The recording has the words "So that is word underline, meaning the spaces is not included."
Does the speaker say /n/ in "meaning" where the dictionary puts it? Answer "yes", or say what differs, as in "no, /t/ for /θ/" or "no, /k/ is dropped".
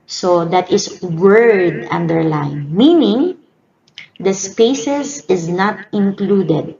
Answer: yes